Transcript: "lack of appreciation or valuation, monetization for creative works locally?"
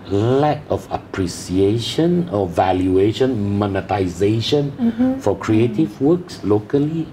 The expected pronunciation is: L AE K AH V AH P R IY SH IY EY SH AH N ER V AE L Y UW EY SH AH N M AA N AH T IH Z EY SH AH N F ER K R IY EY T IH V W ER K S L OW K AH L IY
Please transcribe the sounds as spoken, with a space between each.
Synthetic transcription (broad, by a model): L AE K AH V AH P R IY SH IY EY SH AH N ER V AE L Y UW EY SH AH N M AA N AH T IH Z EY SH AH N F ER K R IY EY T IH V W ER K S L OW K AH L IY